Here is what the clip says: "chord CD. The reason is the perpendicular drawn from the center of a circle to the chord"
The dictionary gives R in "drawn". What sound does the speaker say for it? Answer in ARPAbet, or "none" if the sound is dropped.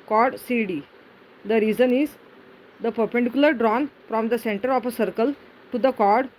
R